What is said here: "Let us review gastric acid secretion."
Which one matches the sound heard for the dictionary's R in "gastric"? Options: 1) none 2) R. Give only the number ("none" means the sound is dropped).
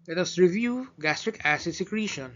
2